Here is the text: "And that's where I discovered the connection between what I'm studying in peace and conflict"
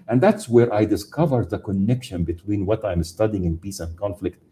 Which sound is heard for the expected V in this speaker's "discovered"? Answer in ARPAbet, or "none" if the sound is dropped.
V